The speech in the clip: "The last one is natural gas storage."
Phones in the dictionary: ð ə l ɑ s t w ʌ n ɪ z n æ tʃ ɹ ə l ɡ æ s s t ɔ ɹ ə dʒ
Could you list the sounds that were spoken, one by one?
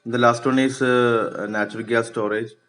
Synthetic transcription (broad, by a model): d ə l ɑ s t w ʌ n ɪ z n æ tʃ ɹ ə l ɡ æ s s t ɔ ɹ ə dʒ